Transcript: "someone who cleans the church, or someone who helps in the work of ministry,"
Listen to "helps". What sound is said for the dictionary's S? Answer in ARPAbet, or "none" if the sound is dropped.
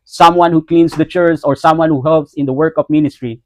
S